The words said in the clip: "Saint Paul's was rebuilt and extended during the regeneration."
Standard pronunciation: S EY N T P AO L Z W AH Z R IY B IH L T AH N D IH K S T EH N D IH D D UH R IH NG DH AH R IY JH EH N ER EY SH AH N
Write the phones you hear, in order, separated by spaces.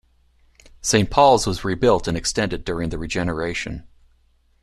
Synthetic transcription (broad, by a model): S EY N P AO L Z W AH Z R IY B IH L T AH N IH K S T EH N D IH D D UH R IH NG DH AH R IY JH EH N ER EY SH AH N